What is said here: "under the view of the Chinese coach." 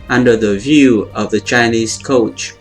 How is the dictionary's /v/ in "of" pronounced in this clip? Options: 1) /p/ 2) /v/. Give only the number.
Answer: 2